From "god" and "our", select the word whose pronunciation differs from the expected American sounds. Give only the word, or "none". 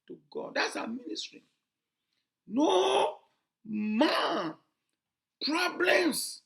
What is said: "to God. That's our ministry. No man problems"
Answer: our